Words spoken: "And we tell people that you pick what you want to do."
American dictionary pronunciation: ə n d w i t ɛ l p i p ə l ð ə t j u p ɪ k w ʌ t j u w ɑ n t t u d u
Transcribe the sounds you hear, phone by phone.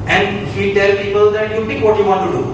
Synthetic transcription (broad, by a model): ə n d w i t ɛ l p i p ə l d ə t j u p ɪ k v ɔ t j u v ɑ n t t u d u